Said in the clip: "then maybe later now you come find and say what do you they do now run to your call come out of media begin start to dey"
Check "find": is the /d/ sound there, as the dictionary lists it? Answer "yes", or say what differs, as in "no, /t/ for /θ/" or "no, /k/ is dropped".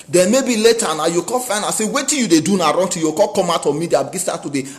no, /d/ is dropped